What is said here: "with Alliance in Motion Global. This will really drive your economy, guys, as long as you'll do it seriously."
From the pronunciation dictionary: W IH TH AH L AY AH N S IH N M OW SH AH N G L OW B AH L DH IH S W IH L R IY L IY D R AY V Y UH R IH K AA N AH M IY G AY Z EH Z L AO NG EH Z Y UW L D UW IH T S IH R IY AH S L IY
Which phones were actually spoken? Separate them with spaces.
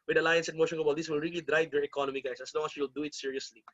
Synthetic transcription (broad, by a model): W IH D AH L AY AH N S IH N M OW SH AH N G OW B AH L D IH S W IH L R IY L IY D R AY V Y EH R IH K AA N AH M IY G AY S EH S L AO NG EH S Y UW L D UW IH T S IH R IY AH S L IY